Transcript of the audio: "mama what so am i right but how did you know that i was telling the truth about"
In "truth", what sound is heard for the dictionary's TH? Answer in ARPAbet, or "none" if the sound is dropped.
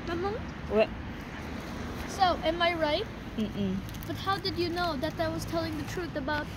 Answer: TH